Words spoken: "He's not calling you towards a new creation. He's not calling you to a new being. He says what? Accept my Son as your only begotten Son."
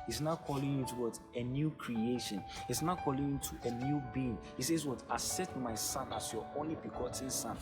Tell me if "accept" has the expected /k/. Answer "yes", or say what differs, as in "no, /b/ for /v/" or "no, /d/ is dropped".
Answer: no, /k/ is dropped